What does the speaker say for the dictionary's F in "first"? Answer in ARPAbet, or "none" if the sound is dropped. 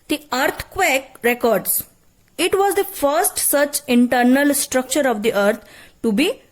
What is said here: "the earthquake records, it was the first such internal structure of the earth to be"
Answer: F